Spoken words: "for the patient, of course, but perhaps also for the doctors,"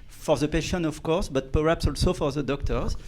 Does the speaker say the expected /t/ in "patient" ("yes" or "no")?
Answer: no